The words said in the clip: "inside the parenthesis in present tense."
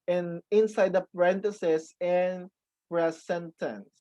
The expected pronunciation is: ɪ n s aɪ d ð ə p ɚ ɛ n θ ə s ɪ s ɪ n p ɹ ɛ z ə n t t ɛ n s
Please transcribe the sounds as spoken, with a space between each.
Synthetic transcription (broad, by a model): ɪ n s aɪ d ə p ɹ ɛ n t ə s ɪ s ɪ n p ɹ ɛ s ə n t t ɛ n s